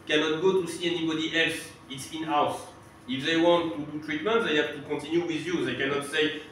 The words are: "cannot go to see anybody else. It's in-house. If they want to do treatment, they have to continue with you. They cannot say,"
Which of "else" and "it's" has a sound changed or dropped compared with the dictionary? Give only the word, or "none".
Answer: none